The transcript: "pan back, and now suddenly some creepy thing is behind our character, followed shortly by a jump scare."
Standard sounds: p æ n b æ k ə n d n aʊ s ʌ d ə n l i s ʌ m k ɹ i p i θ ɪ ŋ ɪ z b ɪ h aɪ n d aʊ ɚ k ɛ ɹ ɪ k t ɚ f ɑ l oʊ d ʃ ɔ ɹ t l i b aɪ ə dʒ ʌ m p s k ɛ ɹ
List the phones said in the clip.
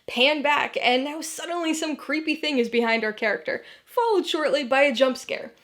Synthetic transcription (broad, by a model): p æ n b æ k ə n n aʊ s ʌ d n l i s ʌ m k ɹ i p i θ ɪ ŋ ɪ z b ɪ h aɪ n d aʊ ɚ k ɛ ɹ ɪ k t ɚ f ɑ l oʊ d ʃ ɔ ɹ t l i b aɪ ə dʒ ʌ m p s k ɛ ɹ